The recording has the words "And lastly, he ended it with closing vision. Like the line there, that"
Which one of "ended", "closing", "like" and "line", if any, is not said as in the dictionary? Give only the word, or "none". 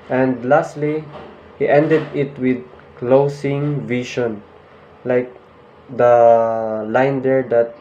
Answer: closing